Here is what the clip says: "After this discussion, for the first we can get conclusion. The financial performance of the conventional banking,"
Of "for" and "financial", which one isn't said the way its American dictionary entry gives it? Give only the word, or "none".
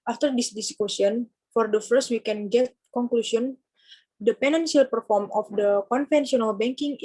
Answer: financial